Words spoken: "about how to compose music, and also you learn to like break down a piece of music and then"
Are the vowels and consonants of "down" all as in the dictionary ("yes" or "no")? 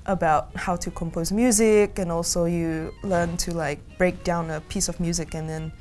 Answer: yes